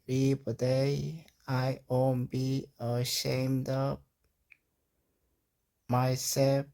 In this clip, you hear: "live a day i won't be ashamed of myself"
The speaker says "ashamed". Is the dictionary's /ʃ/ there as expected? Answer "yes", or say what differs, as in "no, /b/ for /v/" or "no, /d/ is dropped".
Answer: yes